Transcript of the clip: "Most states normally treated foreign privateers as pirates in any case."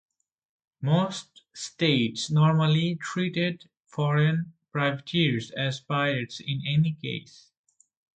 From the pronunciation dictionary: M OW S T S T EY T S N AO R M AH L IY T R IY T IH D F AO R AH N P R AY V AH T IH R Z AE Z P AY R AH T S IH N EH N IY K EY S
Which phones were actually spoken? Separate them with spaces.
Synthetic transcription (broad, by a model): M OW S T S T EY T S N AO R M AH L IY T R IY T IH D F AO R AH N P R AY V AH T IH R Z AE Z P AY AH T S IH N EH N IY K EY S